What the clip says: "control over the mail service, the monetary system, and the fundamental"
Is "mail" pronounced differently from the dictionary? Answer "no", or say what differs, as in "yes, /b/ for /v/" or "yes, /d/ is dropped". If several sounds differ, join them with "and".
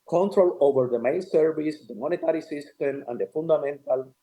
yes, /n/ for /l/